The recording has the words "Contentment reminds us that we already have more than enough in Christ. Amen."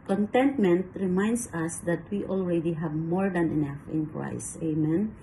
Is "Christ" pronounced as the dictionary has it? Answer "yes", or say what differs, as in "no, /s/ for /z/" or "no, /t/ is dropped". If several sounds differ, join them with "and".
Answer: no, /t/ is dropped